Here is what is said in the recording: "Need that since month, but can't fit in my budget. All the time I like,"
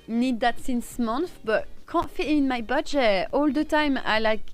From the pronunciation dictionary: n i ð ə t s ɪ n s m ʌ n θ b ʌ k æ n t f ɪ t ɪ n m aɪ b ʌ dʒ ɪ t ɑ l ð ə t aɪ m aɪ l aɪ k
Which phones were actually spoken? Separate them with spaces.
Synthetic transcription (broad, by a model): n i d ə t s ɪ n s m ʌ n f b ʌ k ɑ f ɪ ɪ n m aɪ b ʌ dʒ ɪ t ɑ l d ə t aɪ m aɪ l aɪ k